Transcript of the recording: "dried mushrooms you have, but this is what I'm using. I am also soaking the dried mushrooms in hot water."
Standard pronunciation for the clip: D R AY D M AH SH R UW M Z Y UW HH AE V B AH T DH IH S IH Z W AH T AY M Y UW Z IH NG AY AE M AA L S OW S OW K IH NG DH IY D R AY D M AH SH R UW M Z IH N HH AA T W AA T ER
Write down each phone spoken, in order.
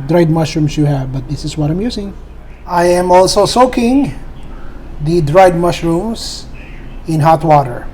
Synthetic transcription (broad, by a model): D R AY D M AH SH R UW M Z Y UW HH AE V B AH T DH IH S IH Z W AH T AY M Y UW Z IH NG AY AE M AA L S OW S OW K IH NG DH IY D R AY D M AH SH R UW M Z IH N HH AA T W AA T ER